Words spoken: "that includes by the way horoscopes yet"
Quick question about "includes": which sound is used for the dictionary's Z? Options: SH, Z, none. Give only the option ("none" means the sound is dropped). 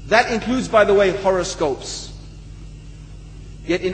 Z